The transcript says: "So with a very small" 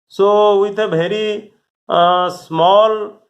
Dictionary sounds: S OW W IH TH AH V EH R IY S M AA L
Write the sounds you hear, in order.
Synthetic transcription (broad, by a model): S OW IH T AH B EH R IY S M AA L